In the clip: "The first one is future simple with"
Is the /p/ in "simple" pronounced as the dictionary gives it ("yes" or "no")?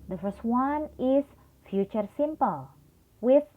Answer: yes